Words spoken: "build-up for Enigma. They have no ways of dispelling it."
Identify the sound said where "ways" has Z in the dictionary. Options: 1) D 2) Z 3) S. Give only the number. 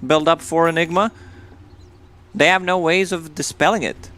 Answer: 2